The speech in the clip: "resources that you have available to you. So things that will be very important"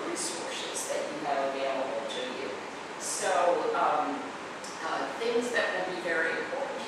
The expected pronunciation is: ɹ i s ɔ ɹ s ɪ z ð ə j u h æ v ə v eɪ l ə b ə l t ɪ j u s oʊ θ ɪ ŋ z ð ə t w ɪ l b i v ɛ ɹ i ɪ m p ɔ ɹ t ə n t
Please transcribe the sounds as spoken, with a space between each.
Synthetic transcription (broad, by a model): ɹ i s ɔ ɹ s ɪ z ð ə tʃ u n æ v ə v eɪ l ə b l t ɪ j u s oʊ θ ɪ ŋ z ð ə t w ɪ n b i v ɛ ɹ i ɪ m p ɔ ɹ t n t